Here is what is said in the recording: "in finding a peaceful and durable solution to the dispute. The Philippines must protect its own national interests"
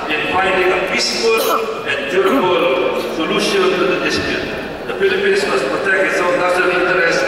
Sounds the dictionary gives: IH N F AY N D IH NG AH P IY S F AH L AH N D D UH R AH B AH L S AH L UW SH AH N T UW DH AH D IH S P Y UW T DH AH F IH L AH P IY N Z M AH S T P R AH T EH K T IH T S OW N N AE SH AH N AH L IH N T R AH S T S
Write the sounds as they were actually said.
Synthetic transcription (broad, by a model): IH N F AY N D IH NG AH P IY S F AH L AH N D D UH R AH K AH L S AH L UW SH AH N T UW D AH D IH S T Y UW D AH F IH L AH P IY N S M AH S P R AH T EH K T IH T S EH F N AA S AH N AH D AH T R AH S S